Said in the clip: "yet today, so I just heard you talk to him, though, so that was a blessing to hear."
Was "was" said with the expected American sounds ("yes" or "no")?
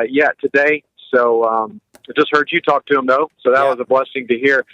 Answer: yes